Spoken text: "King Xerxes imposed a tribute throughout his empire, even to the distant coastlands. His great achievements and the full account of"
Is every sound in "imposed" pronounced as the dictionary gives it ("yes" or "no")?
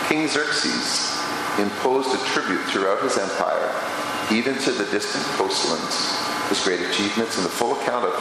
yes